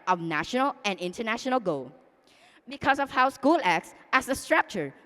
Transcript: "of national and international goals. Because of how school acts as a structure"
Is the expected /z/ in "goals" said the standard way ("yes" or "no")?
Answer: no